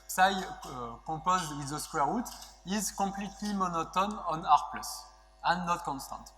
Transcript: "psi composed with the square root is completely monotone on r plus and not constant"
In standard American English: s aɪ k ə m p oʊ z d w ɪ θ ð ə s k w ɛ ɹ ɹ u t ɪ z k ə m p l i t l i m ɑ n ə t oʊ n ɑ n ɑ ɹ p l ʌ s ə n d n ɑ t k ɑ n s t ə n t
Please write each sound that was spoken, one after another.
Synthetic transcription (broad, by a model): s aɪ k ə p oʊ z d w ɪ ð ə s k w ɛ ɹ ɹ u t ɪ z k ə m p l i t l i m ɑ n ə t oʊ n ɑ n ɑ ɹ p l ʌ s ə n n ɑ t k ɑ n s t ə n t